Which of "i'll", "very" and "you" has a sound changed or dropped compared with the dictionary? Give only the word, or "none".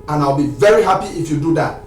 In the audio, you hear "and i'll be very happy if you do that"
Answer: none